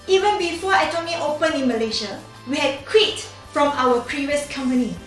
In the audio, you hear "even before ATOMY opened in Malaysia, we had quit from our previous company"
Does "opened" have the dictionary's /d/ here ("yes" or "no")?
no